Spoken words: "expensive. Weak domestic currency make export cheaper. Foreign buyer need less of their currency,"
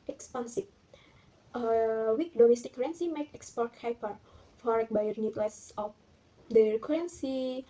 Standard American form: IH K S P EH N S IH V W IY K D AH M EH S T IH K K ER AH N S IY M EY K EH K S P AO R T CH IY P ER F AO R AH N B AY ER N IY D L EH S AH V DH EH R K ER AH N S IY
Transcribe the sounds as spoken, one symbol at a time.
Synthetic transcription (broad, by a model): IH K S P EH N S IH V W IY K D AH M EH S T IH K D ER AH N S IY M EY K EH K S P AO R T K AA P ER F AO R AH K B AY ER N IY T L EH S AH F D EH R K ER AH N S IY